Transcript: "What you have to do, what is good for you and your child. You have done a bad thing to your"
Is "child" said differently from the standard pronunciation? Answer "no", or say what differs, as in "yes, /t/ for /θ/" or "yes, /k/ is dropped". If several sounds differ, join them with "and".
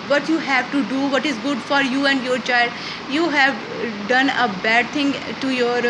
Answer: no